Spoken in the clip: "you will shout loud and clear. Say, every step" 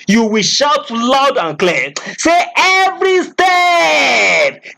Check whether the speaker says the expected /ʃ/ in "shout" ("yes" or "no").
yes